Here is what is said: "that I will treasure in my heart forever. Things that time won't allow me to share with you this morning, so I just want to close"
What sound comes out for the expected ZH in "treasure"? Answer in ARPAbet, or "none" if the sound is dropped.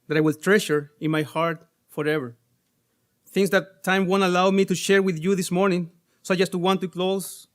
SH